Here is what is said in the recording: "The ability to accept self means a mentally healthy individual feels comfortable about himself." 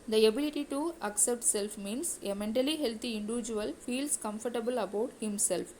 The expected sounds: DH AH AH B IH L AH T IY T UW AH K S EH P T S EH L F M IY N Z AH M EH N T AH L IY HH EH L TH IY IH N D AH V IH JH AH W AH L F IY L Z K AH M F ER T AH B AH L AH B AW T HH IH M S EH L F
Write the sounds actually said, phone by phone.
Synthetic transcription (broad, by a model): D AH AH B IH L AH T IY T UW AH K S EH P T S EH L F M IY N S AH M EH N T AH L IY HH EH L T IY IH N D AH V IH JH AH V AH L F IY L S K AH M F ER T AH B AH L AH B AW T HH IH M S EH L F